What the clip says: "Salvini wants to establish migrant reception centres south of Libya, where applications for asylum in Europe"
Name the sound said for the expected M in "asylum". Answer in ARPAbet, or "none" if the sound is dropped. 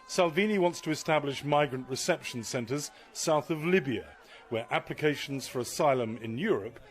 M